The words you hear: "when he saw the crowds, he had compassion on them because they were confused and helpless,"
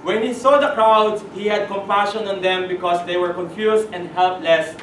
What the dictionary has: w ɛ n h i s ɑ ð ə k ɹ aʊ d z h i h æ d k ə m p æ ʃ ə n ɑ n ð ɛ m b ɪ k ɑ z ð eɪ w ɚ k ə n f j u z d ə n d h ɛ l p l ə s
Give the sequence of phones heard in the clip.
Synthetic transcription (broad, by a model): w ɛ n h i s ɑ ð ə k ɹ aʊ d h i h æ d k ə m p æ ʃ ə n ɑ n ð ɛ m b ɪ k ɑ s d eɪ w ɚ k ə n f j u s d ə n d h ɛ l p l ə s